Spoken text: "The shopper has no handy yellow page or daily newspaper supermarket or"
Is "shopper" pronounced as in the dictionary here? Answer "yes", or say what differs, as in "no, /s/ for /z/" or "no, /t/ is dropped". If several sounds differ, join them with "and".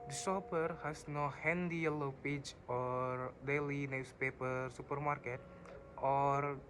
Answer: no, /s/ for /ʃ/